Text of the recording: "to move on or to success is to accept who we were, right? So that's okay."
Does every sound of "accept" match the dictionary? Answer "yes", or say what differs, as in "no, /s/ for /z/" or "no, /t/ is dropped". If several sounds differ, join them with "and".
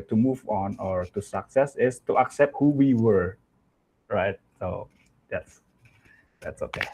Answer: yes